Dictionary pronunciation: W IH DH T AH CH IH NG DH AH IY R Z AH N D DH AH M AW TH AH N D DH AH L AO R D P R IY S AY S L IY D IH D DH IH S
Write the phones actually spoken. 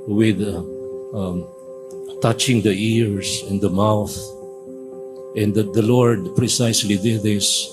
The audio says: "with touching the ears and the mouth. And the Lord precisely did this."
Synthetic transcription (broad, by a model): W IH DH T AH CH IH NG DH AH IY R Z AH N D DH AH M AW TH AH N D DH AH L AO R D P R IY S AY S L IY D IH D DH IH S